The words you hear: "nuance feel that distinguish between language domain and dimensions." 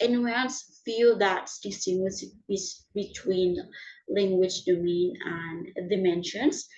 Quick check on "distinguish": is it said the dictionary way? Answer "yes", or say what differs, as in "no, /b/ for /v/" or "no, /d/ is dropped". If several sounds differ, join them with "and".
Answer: no, /s/ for /ʃ/